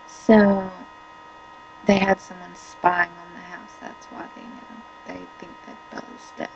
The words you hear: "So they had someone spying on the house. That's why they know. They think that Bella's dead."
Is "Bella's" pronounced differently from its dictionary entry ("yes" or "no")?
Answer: yes